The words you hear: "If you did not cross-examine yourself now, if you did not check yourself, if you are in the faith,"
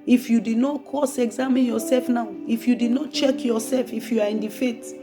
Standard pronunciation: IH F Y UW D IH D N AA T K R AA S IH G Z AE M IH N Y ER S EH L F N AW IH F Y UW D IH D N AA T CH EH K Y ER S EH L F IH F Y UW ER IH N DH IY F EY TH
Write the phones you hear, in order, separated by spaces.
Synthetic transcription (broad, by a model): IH F Y UW D IH D N AA T K AA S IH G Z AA M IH N Y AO S EH L F N AW IH F Y UW D IH D N AA T CH EH K Y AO S EH L F IH F Y UW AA IH N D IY F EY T